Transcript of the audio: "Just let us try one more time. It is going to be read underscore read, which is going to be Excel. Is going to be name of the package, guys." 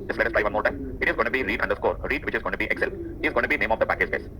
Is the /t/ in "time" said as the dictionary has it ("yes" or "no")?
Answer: yes